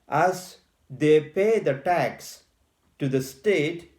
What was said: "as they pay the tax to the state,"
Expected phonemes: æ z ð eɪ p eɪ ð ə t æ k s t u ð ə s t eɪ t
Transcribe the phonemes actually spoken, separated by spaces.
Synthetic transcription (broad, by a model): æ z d eɪ p eɪ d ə t æ k s t u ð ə s t eɪ t